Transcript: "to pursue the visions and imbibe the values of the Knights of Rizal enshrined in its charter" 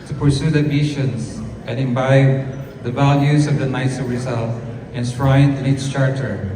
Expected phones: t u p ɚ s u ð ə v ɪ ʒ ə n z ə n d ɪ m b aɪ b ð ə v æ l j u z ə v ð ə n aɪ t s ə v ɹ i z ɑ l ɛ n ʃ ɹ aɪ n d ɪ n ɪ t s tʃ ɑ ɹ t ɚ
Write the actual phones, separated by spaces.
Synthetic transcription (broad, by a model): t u p ɚ s u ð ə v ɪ ʃ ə n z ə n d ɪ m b aɪ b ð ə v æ l j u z ə v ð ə n aɪ t s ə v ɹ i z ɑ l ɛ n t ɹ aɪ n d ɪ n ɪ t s tʃ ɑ ɹ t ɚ